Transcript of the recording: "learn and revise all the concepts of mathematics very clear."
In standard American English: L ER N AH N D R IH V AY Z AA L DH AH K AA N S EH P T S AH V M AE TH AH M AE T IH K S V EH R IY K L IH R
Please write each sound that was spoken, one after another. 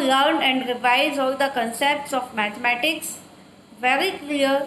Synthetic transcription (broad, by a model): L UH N AH N D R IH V AY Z AA L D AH K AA N S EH P T S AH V M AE T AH M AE T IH K S V EH R IY K L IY R